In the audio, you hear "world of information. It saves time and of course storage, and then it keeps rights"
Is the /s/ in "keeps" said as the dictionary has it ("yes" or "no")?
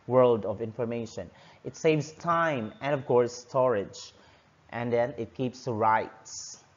yes